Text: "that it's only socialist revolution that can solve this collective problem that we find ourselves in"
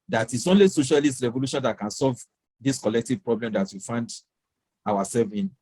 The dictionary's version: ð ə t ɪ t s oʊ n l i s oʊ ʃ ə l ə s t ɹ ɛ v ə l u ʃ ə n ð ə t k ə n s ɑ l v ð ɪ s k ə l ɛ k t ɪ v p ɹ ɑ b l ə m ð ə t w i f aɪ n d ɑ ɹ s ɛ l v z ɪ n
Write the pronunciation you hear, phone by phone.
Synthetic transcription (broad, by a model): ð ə t ɪ t s oʊ n l i s oʊ ʃ ə l ə s t ɹ ɛ v ə l u ʃ ə n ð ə t k ə n s ɑ l v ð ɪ s k ə l ɛ k t ɪ v p ɹ ɑ b l ə m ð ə t w i f aɪ n d ɑ w s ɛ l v ɪ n